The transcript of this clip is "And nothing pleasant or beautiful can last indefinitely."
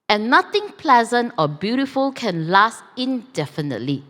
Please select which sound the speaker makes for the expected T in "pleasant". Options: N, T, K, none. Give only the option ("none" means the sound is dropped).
T